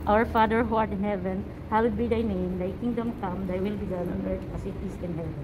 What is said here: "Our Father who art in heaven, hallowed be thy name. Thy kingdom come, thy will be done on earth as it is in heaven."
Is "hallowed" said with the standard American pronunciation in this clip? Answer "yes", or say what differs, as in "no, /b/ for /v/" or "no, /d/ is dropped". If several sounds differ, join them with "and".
no, /w/ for /l/